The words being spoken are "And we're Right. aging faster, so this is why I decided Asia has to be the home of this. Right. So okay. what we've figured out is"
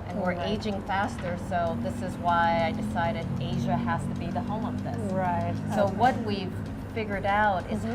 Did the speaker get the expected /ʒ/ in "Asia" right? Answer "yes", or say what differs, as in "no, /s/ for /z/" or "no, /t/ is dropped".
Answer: yes